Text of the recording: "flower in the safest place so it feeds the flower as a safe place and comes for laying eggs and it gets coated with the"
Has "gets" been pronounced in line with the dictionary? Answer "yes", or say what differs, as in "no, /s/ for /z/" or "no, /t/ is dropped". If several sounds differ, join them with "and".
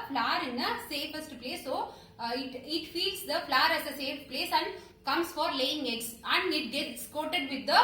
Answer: yes